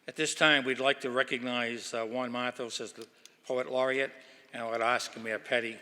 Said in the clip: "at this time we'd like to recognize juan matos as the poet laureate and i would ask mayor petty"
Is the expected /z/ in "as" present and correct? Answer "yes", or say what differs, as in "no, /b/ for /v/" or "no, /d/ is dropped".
yes